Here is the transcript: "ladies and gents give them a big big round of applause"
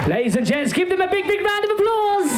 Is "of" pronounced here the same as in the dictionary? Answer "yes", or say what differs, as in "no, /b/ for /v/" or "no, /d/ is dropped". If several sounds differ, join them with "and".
yes